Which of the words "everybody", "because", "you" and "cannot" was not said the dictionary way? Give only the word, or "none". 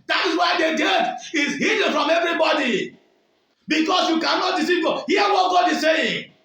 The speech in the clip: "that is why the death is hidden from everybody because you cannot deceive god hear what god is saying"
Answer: because